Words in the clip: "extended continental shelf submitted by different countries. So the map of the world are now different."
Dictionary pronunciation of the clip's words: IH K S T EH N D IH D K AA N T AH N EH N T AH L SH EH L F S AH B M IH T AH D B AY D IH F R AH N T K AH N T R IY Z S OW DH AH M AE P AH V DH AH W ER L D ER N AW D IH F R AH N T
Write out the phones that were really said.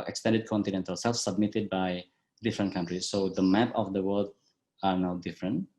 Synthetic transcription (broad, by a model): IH K S T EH N D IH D K AA N T AH N EH N T AH L S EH L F S AH B M IH T AH D B AY D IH F R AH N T K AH N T R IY S OW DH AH M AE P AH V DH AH W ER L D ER N AW D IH F R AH N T